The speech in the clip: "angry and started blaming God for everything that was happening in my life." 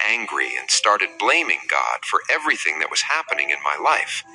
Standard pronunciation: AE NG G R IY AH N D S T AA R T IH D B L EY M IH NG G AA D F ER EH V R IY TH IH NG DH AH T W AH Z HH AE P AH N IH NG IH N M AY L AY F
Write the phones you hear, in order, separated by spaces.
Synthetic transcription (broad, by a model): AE NG G R IY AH N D S T AA R T IH D B L EY M IH NG G AA D F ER EH V R IY TH IH NG DH AH T W AH Z HH AE P AH N IH NG IH N M AY L AY F